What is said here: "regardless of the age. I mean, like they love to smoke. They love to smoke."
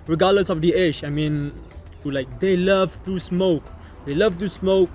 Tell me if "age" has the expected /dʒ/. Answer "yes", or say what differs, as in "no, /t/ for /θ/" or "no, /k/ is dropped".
no, /ʃ/ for /dʒ/